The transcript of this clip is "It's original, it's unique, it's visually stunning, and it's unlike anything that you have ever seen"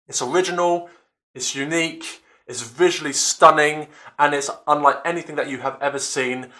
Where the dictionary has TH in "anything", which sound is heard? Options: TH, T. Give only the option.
TH